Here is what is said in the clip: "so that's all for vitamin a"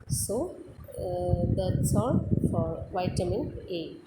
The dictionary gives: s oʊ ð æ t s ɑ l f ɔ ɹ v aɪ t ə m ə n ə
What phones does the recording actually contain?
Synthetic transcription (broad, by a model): s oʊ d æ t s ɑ n f ɔ ɹ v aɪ t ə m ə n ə